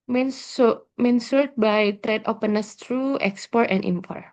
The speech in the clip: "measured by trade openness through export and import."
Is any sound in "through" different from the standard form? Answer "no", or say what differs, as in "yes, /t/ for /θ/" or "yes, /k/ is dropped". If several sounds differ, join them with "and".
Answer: yes, /t/ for /θ/